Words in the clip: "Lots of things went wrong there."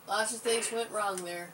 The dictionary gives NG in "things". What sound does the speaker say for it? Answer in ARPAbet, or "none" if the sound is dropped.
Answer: none